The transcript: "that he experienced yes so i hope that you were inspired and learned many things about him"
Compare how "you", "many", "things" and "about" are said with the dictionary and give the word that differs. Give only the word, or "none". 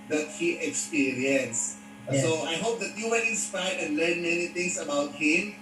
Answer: things